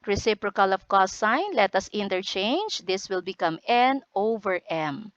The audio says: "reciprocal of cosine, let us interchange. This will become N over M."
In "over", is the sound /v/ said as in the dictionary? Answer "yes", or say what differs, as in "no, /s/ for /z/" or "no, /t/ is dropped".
yes